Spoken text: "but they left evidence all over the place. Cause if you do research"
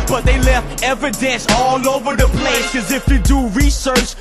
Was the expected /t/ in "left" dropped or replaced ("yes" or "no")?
no